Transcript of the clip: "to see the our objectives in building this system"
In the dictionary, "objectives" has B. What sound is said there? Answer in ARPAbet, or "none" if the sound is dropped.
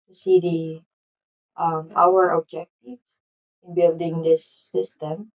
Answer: none